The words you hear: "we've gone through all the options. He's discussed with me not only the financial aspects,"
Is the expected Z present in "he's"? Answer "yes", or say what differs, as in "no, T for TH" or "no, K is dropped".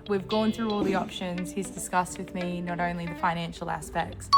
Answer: yes